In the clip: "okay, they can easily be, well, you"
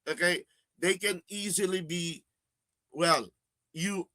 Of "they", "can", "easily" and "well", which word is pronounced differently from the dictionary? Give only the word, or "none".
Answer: none